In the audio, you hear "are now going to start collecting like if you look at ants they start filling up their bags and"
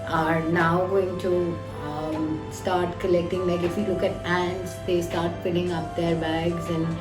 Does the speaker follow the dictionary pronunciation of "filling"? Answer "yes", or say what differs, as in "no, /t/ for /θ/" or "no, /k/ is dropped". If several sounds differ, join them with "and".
no, /p/ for /f/